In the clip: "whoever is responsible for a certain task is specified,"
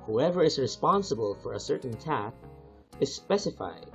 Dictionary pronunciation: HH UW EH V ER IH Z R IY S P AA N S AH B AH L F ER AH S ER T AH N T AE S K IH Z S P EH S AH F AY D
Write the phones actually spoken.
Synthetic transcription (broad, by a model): HH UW EH V ER IH Z R IY S P AA N S AH B AH L F ER AH S ER T N T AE K IH Z S P EH S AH F AY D